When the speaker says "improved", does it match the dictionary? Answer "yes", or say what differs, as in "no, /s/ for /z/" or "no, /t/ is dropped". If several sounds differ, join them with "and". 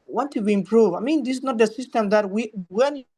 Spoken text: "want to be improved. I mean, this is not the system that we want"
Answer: no, /d/ is dropped